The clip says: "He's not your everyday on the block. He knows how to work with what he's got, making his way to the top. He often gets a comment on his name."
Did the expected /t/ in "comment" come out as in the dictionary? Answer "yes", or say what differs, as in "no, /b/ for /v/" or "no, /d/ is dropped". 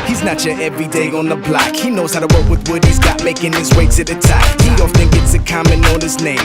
no, /t/ is dropped